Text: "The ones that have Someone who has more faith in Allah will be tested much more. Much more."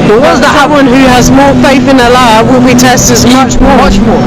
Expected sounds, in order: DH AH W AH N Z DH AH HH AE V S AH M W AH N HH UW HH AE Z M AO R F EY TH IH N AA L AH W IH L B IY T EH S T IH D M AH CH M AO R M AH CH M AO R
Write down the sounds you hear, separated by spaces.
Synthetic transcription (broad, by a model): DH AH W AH Z DH AH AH W AH N HH UW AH Z M AO R F EY TH IH N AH L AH W IH L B IY T EH S T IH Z M AH CH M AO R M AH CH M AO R